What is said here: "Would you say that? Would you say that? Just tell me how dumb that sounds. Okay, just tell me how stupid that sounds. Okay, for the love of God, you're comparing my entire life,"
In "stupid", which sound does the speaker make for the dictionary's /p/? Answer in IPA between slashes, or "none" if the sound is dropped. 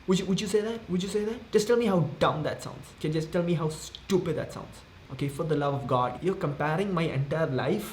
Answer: /p/